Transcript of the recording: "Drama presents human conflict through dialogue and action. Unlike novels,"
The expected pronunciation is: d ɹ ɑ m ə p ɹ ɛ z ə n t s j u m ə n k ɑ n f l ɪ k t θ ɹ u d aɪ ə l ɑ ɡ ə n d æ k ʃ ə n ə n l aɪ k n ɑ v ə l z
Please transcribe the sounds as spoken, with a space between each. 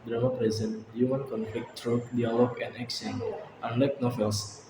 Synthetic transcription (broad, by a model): d ɹ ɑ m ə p ɹ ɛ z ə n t j u m ə n k ɑ n f l ɪ k t ɹ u d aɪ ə l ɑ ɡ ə n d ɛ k s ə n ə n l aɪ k n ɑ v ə l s